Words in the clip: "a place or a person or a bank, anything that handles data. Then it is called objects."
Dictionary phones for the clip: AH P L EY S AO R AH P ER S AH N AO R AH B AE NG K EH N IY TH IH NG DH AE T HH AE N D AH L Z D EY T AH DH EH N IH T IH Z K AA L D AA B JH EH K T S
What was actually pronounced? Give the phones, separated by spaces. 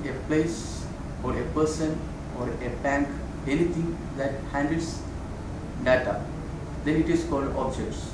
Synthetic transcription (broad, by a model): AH P L EY S AO R AH P ER S AH N AO R AH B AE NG K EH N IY T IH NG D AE T HH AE N D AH L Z D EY T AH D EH N IH T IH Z K AA L D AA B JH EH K T S